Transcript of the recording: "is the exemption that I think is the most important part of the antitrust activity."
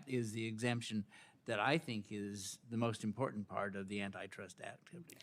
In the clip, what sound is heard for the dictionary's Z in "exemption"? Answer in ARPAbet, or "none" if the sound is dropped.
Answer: Z